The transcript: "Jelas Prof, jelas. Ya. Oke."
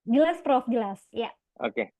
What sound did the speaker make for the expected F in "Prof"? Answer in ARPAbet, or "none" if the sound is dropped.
F